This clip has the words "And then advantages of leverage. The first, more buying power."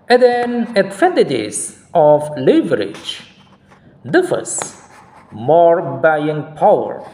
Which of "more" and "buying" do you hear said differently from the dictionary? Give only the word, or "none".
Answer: none